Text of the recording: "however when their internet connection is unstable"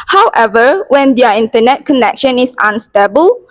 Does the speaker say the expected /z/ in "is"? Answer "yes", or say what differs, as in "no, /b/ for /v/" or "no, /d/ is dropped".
no, /s/ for /z/